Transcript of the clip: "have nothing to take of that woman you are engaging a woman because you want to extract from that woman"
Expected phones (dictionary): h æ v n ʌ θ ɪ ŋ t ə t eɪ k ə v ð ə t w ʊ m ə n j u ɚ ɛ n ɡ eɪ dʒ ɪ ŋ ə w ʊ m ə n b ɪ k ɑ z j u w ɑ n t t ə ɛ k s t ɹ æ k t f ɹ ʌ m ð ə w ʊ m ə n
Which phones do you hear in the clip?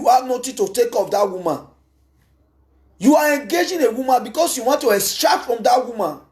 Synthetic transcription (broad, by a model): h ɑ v n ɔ t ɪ t ə t eɪ k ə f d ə t w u m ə n j u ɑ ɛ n ɡ eɪ dʒ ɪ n ə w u m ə n b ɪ k ɑ s j u w ɑ n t t ə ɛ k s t ɹ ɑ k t f ɹ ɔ m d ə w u m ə n